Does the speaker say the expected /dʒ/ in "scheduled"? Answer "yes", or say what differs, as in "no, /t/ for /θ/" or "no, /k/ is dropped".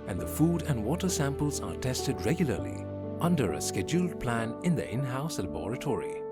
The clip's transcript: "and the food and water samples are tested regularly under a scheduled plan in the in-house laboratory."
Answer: yes